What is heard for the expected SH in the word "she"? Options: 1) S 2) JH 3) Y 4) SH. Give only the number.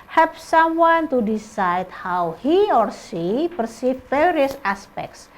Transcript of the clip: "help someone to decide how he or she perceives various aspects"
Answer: 1